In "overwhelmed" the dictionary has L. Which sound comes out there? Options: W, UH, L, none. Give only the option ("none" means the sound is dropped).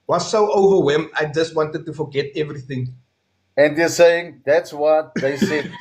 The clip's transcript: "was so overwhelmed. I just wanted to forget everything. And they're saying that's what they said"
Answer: none